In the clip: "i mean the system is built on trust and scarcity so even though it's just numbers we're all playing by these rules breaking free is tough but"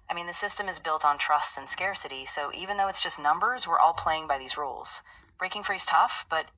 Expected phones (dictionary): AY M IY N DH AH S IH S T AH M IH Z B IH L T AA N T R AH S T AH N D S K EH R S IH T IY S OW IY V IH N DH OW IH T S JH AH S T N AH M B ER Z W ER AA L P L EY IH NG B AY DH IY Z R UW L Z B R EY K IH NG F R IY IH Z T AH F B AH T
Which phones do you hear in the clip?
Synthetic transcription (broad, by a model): AY M IY N DH AH S IH S T AH M IH Z B IH L T N T R AH S T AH N S K EH R S IH T IY S OW IY V IH N DH OW IH T S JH AH S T N AH M B ER Z W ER AA L P L EY IH NG B AY DH IY Z R UW L Z B R EY K IH NG F R IY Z T AH F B AH T